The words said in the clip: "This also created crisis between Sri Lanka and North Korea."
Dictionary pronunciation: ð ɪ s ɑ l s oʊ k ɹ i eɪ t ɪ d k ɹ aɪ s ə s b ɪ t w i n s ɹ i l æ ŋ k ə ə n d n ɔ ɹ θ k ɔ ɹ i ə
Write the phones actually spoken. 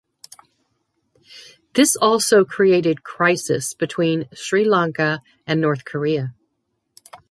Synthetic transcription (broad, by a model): ð ɪ s ɑ l s oʊ k ɹ i eɪ t ɪ d k ɹ aɪ s ə s b ɪ t w i n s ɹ i l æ ŋ k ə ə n n ɔ ɹ θ k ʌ ɹ i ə